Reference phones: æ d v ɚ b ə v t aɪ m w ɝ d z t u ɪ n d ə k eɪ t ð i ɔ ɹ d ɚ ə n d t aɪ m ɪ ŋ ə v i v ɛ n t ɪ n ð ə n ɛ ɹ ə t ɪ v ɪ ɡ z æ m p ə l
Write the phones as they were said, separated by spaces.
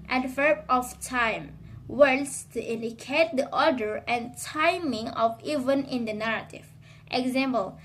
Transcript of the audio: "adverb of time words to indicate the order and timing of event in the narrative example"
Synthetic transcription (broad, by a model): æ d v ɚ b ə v t aɪ m w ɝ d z t u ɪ n d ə k eɪ t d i ɔ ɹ d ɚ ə n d t aɪ m ɪ ŋ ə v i v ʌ n ɪ n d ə n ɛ ɹ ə t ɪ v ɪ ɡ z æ m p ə l